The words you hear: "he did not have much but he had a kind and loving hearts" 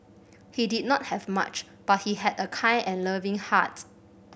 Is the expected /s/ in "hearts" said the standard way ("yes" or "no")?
no